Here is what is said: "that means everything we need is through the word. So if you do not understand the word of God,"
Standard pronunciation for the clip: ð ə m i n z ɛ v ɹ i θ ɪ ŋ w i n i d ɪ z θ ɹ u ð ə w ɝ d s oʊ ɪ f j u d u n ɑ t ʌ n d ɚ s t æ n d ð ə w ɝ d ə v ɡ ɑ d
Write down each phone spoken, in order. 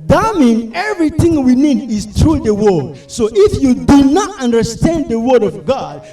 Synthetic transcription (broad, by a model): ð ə m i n ɛ v ɹ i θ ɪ ŋ w i n i d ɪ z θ ɹ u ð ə w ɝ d s oʊ ɪ f j u d u n ɑ t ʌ n d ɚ s t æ n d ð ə w ɝ d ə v ɡ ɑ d